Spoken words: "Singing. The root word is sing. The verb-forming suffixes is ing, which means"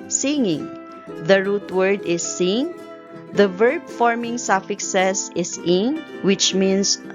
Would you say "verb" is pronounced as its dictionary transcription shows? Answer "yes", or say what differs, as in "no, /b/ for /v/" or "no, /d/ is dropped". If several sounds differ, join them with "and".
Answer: yes